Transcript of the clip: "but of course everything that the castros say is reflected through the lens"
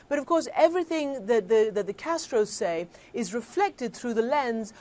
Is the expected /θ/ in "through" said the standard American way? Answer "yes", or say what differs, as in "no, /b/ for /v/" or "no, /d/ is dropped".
yes